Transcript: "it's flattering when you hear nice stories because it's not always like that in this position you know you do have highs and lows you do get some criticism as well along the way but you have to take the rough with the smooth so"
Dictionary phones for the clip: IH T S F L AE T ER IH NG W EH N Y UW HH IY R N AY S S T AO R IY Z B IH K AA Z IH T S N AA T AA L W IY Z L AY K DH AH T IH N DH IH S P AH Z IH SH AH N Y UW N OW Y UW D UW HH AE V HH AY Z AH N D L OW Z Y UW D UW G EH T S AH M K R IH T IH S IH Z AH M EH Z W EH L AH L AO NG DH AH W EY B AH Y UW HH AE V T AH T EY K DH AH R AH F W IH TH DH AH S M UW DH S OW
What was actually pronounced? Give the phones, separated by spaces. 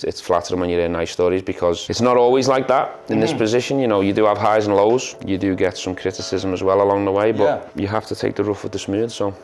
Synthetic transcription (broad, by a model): IH T S F L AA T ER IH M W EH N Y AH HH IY N AY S S T AO R IY Z B IH K AA Z IH T S N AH T AA L W IY Z L AY K DH AH T IH N DH IH S P AH Z IH SH AH N Y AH N OW Y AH D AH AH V HH AY Z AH N L OW Z Y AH D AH G EH T S AH M K R IH T IH S IH Z AH M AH Z W EH L AH L AO NG DH AH W EY B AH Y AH HH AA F T AH T EY K DH AH R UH F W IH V DH AH S M UW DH S OW